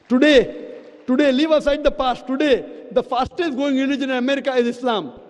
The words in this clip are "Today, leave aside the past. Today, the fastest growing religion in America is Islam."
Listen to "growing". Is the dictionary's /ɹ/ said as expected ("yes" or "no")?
no